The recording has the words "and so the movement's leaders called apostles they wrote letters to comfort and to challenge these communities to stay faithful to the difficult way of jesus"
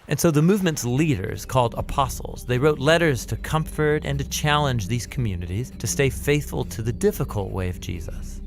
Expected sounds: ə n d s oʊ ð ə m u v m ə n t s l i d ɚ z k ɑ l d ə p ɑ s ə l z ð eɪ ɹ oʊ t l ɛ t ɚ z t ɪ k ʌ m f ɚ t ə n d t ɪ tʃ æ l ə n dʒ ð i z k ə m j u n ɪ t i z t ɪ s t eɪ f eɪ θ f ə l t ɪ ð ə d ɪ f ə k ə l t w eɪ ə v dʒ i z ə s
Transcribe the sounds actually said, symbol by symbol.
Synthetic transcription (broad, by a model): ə n s oʊ ð ə m u v m ə n t s l i d ɚ z k ɑ l d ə p ɑ s l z ð eɪ ɹ oʊ t l ɛ t ɚ z t ɪ k ʌ m f ɚ t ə n t ɪ tʃ æ l ə n dʒ ð i z k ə m j u n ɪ t i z t ɪ s t eɪ f eɪ θ f ə l t ɪ ð ə d ɪ f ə k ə l t w eɪ ə v dʒ i z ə s